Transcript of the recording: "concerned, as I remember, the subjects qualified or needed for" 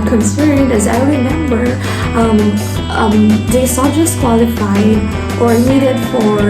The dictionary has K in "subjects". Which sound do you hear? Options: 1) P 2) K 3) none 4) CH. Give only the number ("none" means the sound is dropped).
3